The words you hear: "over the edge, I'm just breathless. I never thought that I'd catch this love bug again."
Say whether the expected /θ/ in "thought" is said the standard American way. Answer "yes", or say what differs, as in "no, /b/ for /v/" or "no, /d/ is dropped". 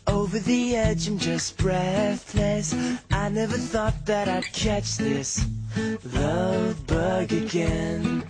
yes